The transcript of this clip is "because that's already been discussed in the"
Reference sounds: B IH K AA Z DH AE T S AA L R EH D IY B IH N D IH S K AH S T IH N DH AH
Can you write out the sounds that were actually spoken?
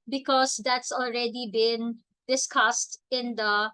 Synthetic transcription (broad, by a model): B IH K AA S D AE T S AA L R EH D IY B IH N D IH S K AH S T IH N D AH